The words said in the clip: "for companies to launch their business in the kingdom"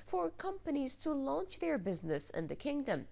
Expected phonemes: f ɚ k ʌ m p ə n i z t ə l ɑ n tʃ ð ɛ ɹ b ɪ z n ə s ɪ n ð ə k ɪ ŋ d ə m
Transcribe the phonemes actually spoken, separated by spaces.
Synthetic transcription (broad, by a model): f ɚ k ʌ m p ə n i z t ə l ɑ n tʃ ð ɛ ɹ b ɪ z n ə s ɪ n ð ə k ɪ ŋ d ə m